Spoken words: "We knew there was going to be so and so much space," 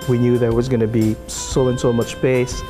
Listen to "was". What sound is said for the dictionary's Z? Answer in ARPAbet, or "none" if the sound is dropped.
Z